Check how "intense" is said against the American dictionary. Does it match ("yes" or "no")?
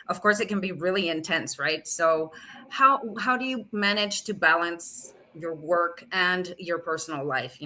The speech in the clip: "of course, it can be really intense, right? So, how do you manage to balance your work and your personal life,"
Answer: yes